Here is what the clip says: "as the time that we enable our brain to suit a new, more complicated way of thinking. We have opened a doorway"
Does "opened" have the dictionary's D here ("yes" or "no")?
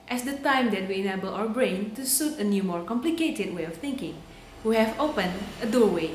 no